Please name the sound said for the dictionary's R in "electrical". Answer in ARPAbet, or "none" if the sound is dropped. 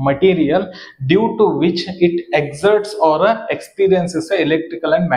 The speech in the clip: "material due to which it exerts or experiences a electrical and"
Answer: R